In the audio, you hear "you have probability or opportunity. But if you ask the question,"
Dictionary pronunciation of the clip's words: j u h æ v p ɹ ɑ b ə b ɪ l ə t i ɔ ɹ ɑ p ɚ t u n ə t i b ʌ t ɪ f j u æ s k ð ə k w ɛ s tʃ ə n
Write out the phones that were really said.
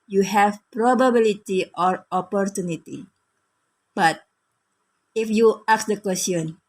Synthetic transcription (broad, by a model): j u h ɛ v p ɹ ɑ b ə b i l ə t i ɔ ɹ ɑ p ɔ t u n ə t i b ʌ t ɪ f j u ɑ k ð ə k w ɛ s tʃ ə n